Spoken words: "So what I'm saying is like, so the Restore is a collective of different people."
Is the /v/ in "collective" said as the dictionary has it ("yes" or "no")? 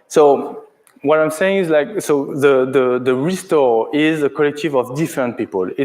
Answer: yes